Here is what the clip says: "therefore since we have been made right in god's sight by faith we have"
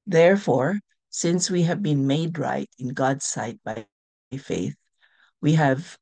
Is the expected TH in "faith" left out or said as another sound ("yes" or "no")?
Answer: no